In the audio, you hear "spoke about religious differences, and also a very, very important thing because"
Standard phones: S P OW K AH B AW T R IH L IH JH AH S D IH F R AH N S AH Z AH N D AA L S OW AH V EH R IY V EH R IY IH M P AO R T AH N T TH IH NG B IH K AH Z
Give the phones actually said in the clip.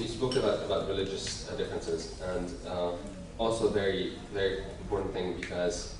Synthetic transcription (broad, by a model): S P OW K AH B AW T R IH L IH JH AH S D IH F R AH N S AH Z AH N D AA L S OW AH V EH R IY V EH R IY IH M P AO R T N TH IH NG B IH K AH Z